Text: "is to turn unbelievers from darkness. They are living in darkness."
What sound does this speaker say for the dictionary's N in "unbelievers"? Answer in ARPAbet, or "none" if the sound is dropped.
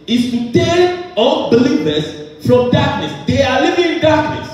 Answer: L